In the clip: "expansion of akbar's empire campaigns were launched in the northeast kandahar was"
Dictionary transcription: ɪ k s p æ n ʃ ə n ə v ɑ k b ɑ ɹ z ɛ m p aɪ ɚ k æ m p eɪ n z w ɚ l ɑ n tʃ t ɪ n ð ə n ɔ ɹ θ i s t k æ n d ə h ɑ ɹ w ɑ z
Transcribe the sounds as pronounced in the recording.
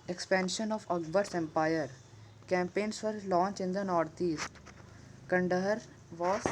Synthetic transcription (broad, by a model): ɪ k s p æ n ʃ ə n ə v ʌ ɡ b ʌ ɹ s ɛ m p aɪ ɚ k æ m p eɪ n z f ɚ l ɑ n tʃ ɪ n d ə n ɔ ɹ t i s t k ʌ n d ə h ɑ ɹ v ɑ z